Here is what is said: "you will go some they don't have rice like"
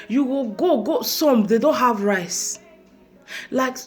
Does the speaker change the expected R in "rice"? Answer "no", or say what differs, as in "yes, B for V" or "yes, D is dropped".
no